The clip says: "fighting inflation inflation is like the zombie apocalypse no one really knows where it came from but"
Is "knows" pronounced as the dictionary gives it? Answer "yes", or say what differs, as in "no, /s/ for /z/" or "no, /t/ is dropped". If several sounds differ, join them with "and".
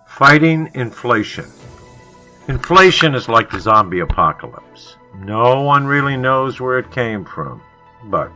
yes